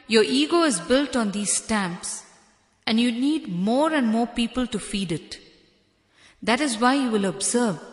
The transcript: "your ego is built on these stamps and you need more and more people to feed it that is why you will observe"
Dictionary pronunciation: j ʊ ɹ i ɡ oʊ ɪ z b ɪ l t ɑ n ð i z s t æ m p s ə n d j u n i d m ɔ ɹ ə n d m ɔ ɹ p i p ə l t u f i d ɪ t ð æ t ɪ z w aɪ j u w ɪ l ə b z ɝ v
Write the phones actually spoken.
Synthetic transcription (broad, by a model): j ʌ ɹ i ɡ oʊ ɪ z b ɪ l t ɑ n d i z s t æ m p s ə n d j u n i d m ɔ ɹ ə n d m ɔ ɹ p i p ə l t u f i d ɪ t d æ t ɪ z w aɪ j u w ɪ l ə b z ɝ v